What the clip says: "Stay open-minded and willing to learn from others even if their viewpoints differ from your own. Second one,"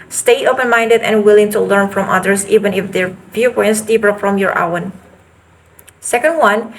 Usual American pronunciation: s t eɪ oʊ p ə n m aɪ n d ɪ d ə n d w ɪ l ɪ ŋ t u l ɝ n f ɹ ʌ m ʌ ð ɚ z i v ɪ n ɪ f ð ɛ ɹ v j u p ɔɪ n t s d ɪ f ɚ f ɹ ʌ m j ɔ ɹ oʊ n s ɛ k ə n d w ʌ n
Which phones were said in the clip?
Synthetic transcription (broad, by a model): s t eɪ oʊ p ə n m aɪ n d ɪ d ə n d w ɪ l ɪ ŋ t u l ɝ n f ɹ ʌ m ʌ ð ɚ s i v ɪ n ɪ f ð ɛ ɹ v j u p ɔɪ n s d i p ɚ f ɹ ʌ m j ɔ ɹ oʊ n s ɛ k ə n d w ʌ n